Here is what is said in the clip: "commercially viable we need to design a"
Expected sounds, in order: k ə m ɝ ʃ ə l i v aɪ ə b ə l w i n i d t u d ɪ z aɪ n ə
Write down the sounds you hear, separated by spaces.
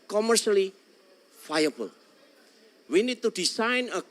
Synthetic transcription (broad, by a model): k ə m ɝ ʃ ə l i f aɪ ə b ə l w i n i d t u d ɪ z aɪ n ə